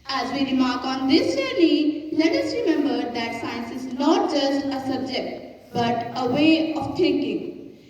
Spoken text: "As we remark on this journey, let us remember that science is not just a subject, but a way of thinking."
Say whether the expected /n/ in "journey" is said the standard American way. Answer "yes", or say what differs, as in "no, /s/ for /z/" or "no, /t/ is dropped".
no, /l/ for /n/